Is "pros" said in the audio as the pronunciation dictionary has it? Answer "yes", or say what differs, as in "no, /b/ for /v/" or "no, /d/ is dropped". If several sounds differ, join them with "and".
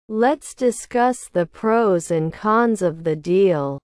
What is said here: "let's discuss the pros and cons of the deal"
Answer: yes